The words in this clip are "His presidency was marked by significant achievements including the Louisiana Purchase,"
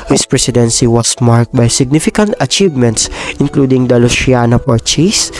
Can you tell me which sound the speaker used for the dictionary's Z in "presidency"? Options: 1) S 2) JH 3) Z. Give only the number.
1